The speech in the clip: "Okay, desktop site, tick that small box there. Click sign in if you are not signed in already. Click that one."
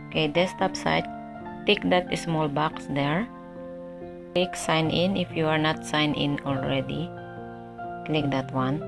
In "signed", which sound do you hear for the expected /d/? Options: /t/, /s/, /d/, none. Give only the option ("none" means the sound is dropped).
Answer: none